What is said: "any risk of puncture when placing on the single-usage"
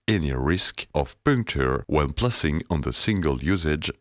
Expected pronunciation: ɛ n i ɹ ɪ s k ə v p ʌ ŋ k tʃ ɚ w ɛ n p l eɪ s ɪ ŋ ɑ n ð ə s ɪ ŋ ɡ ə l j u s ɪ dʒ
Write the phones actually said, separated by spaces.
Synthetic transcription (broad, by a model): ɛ n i ɹ ɪ s k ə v p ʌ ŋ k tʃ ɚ w ɛ n p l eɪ s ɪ ŋ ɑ n ð ə s ɪ ŋ ɡ ə l j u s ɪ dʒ